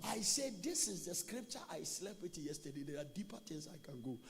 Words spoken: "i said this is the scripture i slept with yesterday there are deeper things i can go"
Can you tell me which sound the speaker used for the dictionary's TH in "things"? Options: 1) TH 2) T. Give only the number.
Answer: 2